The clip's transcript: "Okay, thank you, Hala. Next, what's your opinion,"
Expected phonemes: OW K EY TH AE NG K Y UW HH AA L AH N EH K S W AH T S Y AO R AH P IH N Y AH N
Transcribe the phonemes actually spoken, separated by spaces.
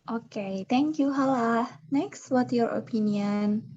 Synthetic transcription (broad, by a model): OW K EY T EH NG K Y UW HH AA L AH N EH K S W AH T Y AO R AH P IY N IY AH N